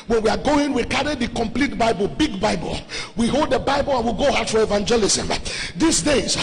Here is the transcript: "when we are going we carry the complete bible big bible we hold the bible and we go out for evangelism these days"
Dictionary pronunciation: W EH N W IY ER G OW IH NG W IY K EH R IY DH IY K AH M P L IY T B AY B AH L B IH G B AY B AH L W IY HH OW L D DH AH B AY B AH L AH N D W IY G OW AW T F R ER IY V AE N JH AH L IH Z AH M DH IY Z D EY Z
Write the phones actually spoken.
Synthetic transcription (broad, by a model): W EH N W IY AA G OW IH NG W IY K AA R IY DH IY K AH M P L IY T B AY B AH L B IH G B AY B AH L W IY HH OW L D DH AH B AY B AH L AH N W IY G OW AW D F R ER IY V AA N JH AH L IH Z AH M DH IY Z D EY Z